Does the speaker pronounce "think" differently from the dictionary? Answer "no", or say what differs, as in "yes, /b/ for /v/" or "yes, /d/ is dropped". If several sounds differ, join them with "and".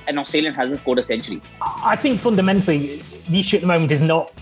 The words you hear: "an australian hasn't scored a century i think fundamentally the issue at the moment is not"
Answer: no